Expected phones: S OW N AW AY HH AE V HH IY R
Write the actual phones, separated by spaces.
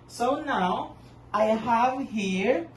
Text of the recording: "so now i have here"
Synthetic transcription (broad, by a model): S OW N AW AY HH AE V HH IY R